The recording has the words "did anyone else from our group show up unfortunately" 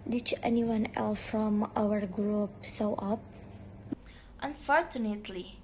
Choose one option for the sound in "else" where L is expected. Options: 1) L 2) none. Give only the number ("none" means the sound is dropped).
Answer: 1